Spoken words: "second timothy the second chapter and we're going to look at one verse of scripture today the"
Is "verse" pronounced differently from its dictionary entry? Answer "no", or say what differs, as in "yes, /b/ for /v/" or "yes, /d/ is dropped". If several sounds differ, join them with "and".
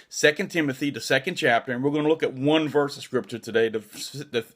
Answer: no